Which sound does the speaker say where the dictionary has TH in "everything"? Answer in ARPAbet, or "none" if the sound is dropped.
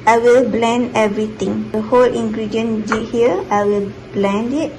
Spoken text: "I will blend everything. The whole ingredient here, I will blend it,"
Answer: T